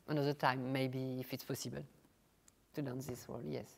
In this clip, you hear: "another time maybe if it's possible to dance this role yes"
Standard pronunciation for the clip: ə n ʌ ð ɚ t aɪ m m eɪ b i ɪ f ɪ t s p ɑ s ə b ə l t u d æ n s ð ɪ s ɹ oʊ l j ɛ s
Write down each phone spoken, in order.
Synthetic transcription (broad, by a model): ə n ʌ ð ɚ t aɪ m m eɪ b i f ɪ t s p ɑ s ə b ə l t u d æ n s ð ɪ s w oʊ l j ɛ s